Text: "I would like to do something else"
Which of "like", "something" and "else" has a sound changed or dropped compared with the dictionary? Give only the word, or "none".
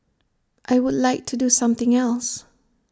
none